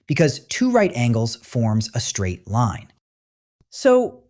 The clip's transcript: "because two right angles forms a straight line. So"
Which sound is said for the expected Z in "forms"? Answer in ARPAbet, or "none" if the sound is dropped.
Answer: Z